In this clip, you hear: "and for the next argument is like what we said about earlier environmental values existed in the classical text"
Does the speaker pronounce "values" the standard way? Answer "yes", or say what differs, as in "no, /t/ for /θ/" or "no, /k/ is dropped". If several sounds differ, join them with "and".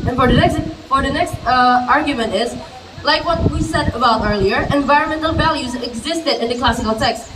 yes